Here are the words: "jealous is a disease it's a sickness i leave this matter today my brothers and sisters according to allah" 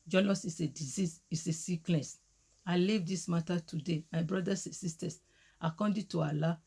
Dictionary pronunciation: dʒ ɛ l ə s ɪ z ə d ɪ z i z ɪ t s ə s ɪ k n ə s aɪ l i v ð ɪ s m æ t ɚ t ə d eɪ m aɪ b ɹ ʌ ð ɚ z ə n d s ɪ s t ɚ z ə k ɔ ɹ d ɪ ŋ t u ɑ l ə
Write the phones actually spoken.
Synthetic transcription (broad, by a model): dʒ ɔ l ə s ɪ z ə d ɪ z i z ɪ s ə s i k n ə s aɪ l i v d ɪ s m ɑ t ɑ t ə d eɪ m aɪ b ɹ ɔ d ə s s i s t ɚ s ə k ɔ d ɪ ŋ t u ɑ l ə